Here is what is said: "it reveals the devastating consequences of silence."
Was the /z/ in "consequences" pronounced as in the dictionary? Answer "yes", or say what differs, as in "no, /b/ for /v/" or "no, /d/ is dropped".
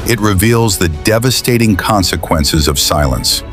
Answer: yes